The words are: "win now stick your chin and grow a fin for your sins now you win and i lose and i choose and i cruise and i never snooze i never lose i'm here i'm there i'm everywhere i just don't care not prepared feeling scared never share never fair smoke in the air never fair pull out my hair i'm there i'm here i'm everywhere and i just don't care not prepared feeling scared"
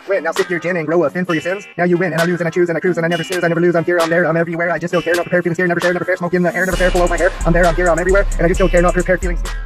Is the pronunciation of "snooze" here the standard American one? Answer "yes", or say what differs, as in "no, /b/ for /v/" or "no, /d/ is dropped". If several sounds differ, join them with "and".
no, /n/ is dropped